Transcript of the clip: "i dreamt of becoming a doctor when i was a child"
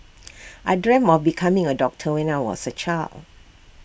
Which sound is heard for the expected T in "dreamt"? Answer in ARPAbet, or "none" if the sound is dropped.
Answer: none